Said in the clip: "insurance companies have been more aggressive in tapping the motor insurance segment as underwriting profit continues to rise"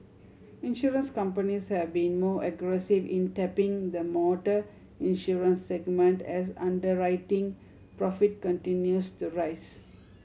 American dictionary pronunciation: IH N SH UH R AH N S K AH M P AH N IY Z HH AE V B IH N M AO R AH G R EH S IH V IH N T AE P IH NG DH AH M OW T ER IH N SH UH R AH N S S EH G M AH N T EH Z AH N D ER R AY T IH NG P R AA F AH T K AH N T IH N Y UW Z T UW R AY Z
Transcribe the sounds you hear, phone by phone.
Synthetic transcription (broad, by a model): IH N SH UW R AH N S K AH M P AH N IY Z HH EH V B IH N M AO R AH G R EH S IH V IH N T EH P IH NG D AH M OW T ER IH N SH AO R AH N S S EH G M AH N T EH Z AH N D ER R AY T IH NG P R AA F AH T K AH N T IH N Y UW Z T UW R AY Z